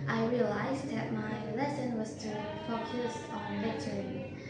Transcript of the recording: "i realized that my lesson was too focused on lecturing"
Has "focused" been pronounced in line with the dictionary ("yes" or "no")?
no